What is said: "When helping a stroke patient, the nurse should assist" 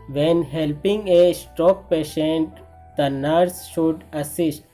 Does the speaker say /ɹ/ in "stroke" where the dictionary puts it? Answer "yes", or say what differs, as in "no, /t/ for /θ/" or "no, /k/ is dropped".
no, /ɹ/ is dropped